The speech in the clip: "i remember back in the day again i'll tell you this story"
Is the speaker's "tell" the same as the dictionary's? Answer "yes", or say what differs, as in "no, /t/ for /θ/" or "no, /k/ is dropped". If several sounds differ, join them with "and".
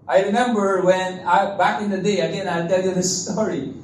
yes